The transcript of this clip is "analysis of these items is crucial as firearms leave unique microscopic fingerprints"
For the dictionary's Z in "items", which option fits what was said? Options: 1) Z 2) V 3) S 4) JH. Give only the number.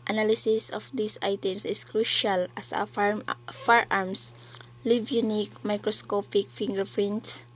3